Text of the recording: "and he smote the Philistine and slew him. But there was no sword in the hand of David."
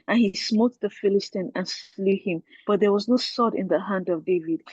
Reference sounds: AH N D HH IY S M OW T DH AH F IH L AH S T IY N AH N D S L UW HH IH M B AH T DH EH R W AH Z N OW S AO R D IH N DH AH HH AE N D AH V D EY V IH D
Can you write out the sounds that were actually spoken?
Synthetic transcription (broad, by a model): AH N HH IY S M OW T DH AH F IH L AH S T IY N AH N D S L UW HH IH M B AH T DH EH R W AH Z N OW S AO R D IH N DH AH HH AE N D AH V D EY V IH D